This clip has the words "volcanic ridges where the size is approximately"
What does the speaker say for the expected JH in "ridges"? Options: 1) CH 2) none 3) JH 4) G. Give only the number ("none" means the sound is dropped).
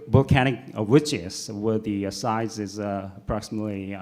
1